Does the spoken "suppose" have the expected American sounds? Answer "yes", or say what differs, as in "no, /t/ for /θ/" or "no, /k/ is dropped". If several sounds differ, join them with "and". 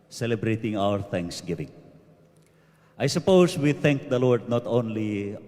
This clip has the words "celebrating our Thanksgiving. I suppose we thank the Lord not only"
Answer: no, /s/ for /z/